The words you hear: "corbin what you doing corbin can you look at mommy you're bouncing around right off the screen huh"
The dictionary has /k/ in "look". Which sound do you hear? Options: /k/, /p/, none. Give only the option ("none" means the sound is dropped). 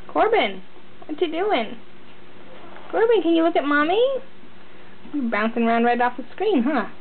/k/